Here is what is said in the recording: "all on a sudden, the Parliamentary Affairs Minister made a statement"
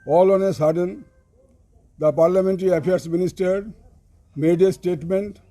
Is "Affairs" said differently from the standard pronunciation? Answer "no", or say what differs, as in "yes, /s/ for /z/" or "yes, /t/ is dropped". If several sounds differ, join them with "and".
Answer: yes, /p/ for /f/ and /s/ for /z/